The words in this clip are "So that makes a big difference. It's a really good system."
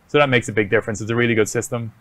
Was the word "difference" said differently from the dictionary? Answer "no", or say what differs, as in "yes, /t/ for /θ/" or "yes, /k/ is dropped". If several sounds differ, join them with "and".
no